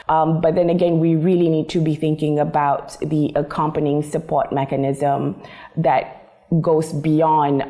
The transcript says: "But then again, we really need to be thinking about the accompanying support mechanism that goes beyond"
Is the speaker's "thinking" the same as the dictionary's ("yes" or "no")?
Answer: yes